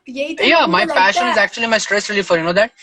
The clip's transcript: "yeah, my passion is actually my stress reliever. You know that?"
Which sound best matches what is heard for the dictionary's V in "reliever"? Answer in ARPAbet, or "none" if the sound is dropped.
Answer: F